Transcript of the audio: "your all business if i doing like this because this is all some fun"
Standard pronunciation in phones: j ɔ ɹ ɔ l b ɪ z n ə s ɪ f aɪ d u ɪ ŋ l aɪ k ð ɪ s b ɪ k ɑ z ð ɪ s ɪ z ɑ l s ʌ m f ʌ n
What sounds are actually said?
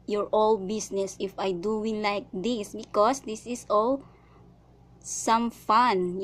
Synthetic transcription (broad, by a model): j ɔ ɹ ɔ l b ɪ s n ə s ɪ f aɪ d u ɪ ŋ l aɪ k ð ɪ s b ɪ k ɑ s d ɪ s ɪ s ɑ l s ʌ m f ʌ n